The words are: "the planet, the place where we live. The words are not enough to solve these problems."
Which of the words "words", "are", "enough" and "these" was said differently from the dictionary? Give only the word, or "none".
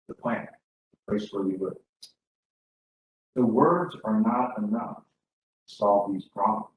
none